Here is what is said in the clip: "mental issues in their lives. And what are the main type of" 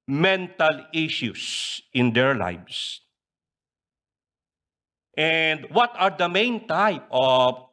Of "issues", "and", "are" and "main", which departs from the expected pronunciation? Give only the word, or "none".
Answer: issues